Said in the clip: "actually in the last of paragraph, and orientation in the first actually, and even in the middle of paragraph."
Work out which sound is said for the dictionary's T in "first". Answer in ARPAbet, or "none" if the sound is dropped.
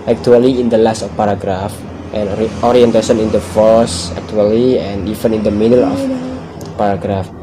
none